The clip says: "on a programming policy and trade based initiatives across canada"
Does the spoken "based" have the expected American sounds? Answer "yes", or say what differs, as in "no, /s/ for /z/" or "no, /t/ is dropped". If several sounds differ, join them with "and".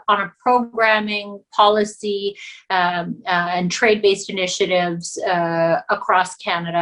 yes